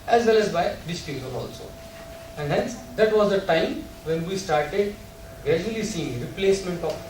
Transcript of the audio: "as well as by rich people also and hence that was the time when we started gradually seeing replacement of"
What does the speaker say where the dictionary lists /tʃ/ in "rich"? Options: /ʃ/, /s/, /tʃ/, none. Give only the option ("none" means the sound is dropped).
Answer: /s/